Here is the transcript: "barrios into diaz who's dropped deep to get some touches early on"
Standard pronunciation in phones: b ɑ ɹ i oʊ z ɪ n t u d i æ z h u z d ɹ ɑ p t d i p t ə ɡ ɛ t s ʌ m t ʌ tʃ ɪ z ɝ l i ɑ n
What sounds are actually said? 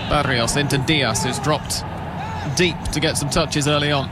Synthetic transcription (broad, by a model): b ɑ ɹ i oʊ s ɪ n t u d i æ s h u z d ɹ ɑ p t d i p t ə ɡ ɛ t s ʌ m t ʌ tʃ ɪ z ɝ l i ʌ n